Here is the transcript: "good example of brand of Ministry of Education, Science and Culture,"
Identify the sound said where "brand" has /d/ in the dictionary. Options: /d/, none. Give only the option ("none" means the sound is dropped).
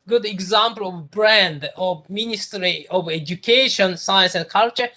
/d/